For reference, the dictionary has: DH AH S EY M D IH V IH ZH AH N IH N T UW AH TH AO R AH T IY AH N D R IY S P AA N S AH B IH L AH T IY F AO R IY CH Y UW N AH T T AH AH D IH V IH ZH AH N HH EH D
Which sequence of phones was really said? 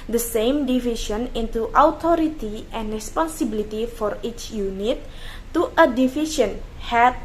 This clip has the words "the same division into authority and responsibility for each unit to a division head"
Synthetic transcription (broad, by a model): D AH S EY M D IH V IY SH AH N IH N T UW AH T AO R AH T IY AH N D R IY S P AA N S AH B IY L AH T IY F AO R IY CH Y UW N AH T T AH AH D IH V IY SH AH N HH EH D